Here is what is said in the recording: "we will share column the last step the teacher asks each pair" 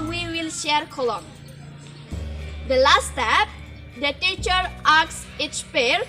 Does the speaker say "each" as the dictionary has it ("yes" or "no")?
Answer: no